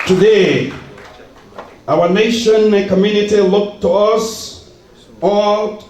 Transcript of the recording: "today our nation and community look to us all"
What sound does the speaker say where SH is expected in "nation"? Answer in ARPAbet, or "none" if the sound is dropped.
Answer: none